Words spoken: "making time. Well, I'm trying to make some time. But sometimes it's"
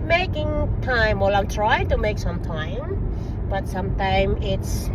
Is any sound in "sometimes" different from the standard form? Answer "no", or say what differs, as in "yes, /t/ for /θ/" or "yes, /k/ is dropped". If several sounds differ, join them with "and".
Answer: yes, /z/ is dropped